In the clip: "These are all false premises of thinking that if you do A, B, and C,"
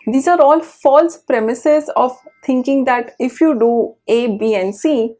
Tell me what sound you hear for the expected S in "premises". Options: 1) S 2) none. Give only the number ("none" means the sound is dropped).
1